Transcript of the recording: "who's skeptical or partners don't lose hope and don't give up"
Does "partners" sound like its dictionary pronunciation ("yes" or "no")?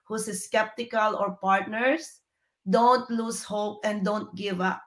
no